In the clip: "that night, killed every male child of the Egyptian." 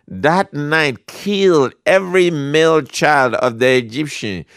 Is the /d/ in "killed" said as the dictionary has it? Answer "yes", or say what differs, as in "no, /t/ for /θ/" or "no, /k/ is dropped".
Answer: yes